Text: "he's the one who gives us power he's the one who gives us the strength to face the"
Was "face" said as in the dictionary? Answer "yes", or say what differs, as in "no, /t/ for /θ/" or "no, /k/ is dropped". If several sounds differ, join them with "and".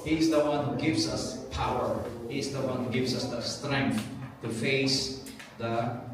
yes